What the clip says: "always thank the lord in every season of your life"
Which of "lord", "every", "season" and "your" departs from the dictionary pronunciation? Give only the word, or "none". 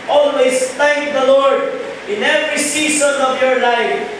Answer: season